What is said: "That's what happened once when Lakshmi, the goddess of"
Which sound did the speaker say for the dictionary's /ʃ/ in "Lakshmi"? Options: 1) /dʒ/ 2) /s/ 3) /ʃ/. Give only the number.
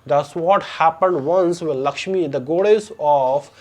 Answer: 3